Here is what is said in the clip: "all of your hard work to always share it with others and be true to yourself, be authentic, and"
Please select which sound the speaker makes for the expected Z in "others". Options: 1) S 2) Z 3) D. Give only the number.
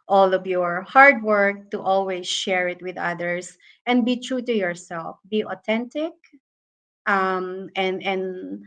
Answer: 1